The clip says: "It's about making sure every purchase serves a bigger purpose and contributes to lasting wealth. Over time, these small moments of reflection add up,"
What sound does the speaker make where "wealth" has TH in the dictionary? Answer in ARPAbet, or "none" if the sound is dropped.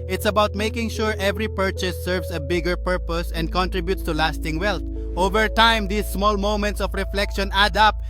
T